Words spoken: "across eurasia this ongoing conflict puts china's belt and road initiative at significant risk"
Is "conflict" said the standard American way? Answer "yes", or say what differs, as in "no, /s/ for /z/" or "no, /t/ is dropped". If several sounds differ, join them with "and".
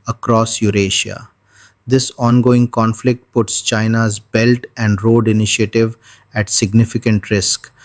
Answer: yes